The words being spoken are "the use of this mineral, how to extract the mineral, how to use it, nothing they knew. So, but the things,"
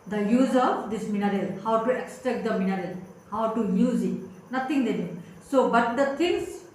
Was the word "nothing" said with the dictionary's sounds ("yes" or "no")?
no